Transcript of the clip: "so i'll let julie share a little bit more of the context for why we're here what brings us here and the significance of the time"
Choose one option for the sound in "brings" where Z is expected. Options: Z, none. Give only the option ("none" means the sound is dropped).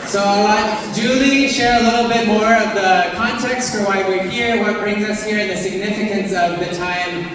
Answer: Z